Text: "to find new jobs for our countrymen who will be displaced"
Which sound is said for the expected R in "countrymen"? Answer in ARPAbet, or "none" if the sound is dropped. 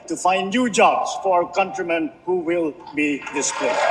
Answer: R